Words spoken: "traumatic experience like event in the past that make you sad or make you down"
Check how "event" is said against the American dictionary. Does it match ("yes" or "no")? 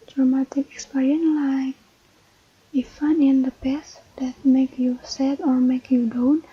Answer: no